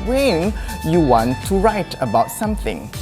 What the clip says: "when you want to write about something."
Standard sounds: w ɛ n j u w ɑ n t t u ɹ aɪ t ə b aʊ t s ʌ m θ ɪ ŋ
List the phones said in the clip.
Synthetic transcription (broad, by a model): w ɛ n j u w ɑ n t t u ɹ aɪ t ə b aʊ t s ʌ m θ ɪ ŋ